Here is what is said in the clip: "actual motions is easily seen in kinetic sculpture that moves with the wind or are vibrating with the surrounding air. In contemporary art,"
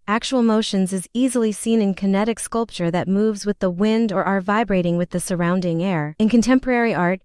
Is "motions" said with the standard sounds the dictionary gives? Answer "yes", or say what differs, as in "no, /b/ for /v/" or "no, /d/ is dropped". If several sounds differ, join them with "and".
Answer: yes